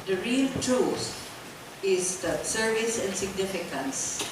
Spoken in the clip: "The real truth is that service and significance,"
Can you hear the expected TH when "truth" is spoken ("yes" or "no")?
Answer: no